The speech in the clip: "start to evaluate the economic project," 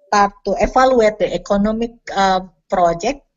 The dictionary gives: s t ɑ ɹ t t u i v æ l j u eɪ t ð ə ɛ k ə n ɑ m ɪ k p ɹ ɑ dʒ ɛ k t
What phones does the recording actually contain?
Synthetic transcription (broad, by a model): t ɑ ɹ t t u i f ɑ l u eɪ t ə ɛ k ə n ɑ m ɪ k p ɹ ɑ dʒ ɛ k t